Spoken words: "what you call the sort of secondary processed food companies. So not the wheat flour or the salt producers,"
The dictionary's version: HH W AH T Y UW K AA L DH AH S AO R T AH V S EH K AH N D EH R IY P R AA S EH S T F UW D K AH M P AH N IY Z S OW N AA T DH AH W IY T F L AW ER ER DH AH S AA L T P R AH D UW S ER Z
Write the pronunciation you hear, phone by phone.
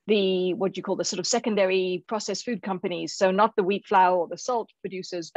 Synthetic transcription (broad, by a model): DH W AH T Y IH K AA L DH AH S AO R T AH V S EH K AH N D EH R IY P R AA S EH S F UW D K AH M P AH N IY Z S OW N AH T DH AH W IY T F L AW ER ER DH AH S AA L T P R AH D UW S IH Z